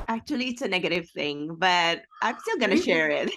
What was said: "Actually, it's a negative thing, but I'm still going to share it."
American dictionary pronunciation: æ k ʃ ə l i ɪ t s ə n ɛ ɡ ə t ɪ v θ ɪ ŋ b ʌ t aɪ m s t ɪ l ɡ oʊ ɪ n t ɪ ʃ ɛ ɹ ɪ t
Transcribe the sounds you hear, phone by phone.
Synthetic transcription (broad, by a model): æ k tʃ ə l i ɪ t s ə n ɛ ɡ ə t ɪ v θ ɪ ŋ b ʌ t aɪ m s t ɪ l ɡ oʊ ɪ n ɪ ʃ ɛ ɹ ɪ t